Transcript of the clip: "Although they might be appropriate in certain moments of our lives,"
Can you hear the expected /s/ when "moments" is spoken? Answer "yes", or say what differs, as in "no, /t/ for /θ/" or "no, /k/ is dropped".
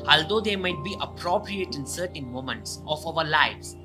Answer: yes